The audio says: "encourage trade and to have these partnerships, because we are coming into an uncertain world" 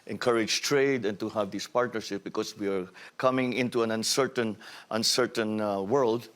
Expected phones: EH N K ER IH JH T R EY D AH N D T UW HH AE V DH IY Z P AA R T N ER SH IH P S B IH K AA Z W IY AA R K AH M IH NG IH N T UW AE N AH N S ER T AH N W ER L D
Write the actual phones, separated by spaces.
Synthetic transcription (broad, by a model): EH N K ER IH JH T R EY D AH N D T UW HH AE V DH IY S P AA R T N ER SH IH P B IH K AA S W IY AA R K AH M IH NG IH N T UW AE N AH N S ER T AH N W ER L D